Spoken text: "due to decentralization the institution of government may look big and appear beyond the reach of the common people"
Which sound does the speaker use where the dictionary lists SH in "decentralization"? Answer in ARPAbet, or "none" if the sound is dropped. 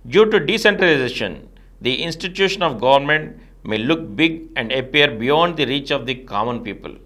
SH